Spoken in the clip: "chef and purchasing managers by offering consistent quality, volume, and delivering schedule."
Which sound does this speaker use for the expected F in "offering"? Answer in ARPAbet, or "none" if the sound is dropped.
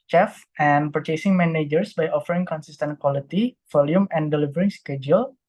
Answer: F